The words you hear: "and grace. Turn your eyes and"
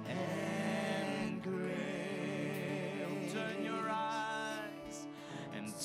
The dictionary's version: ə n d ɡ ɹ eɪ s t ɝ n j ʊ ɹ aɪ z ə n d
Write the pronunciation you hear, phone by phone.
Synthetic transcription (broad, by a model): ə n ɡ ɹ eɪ t ɝ n j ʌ ɹ aɪ z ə n